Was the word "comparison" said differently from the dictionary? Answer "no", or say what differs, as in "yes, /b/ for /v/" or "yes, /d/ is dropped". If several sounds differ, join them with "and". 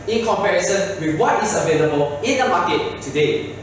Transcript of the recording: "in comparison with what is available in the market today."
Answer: no